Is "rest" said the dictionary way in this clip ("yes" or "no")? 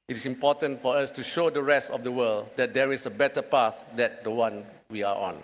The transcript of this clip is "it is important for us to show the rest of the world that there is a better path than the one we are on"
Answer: yes